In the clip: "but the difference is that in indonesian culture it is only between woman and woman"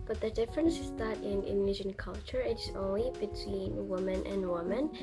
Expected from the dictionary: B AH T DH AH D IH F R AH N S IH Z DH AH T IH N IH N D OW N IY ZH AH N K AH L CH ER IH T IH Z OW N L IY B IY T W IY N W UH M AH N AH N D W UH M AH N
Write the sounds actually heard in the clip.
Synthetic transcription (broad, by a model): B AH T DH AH D IH F R AH N S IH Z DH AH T IH N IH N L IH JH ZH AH N K AH L CH ER IH T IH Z OW N L IY B IY T W IY N W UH M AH N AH N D W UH M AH N